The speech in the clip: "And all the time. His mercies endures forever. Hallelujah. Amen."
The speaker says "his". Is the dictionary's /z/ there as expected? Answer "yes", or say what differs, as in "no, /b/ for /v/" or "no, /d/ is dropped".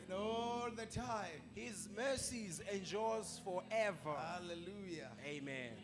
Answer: yes